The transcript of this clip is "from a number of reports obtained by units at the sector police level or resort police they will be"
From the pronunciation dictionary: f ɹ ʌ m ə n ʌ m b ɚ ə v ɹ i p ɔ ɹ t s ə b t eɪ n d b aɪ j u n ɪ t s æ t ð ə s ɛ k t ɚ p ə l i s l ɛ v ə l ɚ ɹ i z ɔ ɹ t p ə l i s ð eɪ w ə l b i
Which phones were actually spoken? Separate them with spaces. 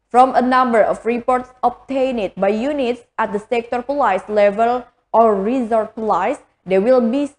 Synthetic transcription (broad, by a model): f ɹ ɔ m ə n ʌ m b ɚ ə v ɹ i p ɔ ɹ t s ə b t eɪ n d b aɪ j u n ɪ t s æ t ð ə s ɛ k t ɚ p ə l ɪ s l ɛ v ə l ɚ ɹ i z ɔ ɹ t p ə l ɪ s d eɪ w ə l b i